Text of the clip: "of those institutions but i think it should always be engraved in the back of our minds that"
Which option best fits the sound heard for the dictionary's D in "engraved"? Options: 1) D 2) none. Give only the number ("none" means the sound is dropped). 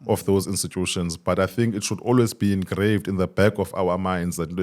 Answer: 1